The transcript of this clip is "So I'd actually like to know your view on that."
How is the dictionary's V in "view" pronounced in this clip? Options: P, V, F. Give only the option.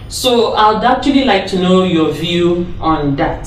V